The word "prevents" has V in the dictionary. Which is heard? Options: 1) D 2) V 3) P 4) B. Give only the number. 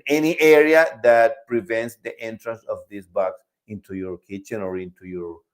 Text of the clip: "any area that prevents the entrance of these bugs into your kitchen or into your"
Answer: 2